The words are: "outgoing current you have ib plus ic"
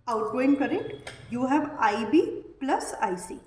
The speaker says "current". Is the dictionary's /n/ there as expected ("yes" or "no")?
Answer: no